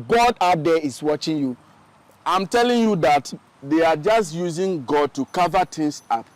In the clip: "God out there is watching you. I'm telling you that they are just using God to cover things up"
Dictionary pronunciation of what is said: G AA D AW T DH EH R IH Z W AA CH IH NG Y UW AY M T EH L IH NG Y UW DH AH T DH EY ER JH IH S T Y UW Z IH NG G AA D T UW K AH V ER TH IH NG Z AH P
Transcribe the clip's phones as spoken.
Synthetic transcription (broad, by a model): G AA D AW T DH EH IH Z W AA CH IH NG Y UW AY M T EH L IH NG Y UW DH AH T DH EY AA JH IH S T Y UW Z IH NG G AA D T UW K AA V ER T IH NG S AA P